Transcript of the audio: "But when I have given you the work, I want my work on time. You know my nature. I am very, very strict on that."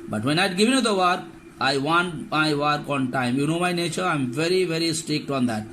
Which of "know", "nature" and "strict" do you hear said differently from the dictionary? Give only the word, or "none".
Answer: none